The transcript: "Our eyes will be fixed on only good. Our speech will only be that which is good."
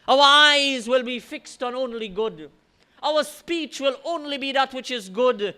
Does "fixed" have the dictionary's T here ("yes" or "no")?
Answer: yes